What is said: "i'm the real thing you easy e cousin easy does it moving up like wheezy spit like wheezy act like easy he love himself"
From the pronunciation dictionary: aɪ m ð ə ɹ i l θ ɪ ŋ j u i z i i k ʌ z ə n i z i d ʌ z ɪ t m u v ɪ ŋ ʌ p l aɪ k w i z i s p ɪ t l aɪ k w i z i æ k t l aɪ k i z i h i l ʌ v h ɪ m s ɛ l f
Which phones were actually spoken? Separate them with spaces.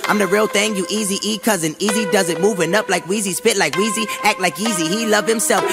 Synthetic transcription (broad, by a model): aɪ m ð ə ɹ i l θ ɪ ŋ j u i z i i k ʌ z ə n i z i d ʌ z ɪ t m u v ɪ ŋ ʌ p l aɪ k w i z i s p ɪ t l aɪ k w i z i æ k t l aɪ k i z i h i l ʌ v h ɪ m s ɛ l f